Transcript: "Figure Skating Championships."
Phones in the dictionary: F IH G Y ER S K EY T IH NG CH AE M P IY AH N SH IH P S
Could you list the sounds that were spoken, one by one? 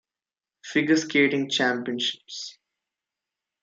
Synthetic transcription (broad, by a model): F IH G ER S K EY T IH NG CH AE M P IY AH N SH IH P S